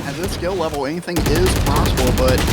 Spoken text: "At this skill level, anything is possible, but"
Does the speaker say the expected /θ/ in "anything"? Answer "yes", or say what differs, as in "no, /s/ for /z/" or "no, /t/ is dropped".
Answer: yes